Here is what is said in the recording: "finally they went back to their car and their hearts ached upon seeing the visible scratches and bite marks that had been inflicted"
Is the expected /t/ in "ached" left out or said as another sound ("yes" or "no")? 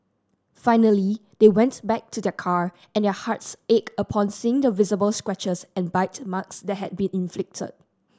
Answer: yes